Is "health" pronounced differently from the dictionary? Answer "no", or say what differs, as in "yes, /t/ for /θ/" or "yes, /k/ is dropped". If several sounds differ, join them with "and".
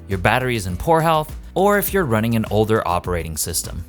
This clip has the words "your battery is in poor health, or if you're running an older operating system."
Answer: no